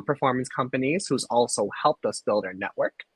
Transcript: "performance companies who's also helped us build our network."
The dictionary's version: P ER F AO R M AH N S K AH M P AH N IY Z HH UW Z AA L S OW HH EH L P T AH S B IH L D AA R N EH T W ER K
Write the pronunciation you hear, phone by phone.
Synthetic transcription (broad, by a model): P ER F AO R M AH N S K AH M P AH N IY Z HH UW Z AA L S OW HH EH L P T AH S B IH L D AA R N EH T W ER K